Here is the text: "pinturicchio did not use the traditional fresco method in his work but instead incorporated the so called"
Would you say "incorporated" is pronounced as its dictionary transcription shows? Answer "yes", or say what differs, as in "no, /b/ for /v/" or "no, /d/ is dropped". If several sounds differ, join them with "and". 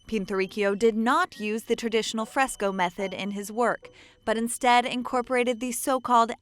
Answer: yes